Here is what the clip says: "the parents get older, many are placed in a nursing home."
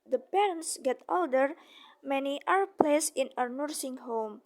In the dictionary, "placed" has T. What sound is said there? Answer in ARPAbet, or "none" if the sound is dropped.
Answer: none